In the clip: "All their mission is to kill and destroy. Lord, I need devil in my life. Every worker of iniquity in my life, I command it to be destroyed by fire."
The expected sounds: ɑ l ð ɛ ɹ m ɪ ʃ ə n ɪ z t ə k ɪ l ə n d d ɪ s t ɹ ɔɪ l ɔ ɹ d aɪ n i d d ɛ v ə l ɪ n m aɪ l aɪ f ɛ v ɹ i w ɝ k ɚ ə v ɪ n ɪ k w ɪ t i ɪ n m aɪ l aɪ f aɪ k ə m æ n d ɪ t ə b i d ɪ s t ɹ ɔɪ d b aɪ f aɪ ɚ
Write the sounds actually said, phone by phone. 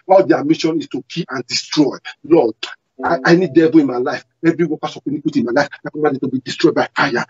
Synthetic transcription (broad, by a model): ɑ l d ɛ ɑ m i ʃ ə n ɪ s t ə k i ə n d d ɪ s t ɹ ɔɪ l ɔ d aɪ n i d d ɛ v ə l ɪ n m aɪ l aɪ f ɛ v ɹ i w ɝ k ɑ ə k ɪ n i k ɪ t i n m aɪ l aɪ f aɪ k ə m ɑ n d ɪ t ə b i d ɪ s t ɹ ɔɪ d b aɪ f aɪ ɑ